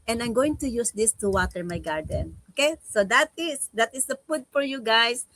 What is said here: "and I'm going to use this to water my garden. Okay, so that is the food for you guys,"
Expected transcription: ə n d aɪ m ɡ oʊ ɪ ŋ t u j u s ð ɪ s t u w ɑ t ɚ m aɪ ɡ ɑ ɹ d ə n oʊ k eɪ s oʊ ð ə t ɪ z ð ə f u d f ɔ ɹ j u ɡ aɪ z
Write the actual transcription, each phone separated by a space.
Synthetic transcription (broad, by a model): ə n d aɪ m ɡ oʊ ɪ ŋ t u j u s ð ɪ s t u w ɑ t ɚ m aɪ ɡ ɑ ɹ d ə n oʊ k eɪ s oʊ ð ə t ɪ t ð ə p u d f ɔ ɹ j u ɡ aɪ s